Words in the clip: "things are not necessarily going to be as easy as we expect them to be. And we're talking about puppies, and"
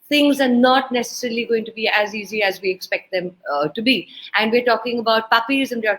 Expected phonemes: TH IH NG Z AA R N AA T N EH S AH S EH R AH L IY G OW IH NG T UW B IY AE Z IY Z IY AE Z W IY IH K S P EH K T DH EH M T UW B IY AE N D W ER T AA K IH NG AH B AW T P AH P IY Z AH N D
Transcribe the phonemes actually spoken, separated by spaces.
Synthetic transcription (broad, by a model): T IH NG Z AA R N AA T N EH S AH S EH R AH L IY G OW IH NG T UW B IY AE Z IY Z IY AE Z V IY IH K S P EH K T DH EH M T UW B IY AE N D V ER T AA K IH NG AH B AW T P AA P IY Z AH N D